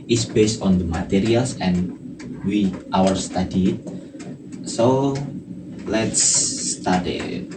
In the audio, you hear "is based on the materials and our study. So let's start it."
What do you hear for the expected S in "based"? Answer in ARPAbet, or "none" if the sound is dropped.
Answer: S